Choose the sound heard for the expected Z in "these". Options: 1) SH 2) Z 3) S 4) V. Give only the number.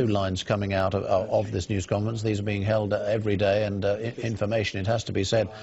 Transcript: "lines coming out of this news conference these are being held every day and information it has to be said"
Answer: 2